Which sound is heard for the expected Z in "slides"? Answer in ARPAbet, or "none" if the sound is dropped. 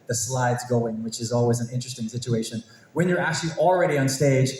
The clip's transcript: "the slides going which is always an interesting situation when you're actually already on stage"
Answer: Z